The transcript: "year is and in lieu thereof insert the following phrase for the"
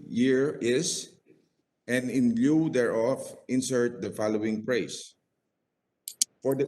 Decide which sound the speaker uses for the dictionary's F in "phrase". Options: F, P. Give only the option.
P